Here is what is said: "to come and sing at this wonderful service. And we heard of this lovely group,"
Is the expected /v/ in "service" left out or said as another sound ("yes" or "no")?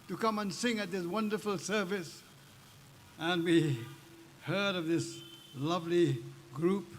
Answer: no